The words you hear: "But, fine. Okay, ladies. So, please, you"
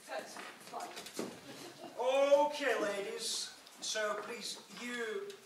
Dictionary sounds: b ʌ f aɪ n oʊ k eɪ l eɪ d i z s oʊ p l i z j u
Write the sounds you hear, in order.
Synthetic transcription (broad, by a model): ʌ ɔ oʊ k eɪ l eɪ d i z s oʊ p l i z j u